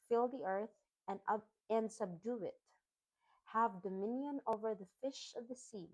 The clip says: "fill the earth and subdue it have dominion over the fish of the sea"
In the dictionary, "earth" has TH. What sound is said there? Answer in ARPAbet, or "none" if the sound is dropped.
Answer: TH